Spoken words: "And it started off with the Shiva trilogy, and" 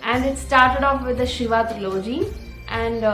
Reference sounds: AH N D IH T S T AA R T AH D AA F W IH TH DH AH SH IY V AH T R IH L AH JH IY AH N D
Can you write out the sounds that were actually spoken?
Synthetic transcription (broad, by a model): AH N D IH T S T AA R T AH D AA F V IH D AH SH IY V AH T R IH L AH JH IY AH N D